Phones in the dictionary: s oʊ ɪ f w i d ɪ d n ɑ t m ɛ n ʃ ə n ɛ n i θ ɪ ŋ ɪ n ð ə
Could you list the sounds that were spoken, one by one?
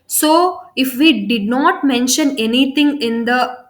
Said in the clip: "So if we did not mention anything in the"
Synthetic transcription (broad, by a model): s oʊ ɪ f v i d ɪ d n ɑ t m ɛ n ʃ ə n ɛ n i t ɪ ŋ ɪ n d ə